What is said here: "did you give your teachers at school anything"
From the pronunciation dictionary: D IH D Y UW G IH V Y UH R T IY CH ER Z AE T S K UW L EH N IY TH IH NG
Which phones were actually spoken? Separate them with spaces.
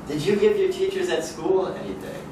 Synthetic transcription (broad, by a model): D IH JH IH G IH V Y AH R T IY CH ER Z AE T S K UW L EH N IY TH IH